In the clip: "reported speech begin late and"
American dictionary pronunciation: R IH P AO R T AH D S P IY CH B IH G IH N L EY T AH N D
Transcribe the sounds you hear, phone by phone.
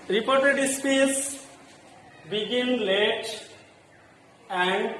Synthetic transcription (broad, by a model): R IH P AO R T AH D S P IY S B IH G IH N L EY T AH N D